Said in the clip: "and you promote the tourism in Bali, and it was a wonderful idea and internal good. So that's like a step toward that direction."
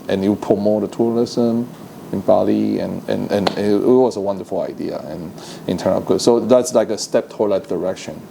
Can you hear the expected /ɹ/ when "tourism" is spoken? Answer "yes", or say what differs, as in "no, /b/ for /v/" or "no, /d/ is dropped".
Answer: no, /l/ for /ɹ/